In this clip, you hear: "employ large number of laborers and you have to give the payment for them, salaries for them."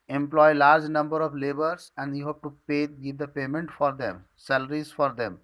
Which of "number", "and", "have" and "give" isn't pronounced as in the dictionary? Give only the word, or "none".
have